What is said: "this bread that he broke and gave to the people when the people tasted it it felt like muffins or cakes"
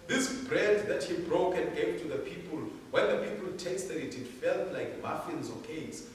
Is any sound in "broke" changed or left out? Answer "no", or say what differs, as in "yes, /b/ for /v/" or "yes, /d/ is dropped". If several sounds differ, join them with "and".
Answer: no